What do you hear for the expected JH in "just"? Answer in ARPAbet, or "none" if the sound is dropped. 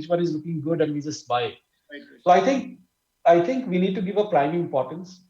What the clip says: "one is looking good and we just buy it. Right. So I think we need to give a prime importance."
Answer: Z